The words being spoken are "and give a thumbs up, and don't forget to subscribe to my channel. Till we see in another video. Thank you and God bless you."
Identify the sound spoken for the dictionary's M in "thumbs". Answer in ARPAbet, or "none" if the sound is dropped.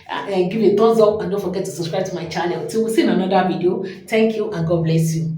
none